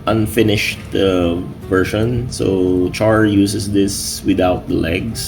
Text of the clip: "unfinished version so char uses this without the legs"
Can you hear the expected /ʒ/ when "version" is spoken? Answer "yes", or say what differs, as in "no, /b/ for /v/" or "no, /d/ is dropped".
no, /ʃ/ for /ʒ/